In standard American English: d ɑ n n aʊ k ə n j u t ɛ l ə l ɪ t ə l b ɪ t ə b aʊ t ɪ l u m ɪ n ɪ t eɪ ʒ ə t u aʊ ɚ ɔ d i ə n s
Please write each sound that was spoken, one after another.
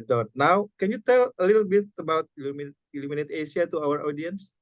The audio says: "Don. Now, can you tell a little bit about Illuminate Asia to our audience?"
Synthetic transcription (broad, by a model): d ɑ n n aʊ k ə n j u t ɛ l ə l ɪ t l b ɪ t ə b aʊ t ɪ l u m ɪ n ɪ t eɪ s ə t u aʊ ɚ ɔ d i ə n s